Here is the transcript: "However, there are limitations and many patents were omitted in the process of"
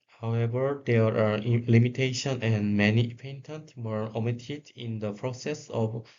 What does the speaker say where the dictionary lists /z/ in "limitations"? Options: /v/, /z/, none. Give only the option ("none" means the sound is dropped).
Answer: none